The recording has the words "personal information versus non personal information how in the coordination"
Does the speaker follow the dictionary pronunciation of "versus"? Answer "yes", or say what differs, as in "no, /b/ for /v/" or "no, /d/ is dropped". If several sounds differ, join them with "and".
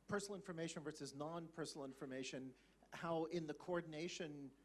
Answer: yes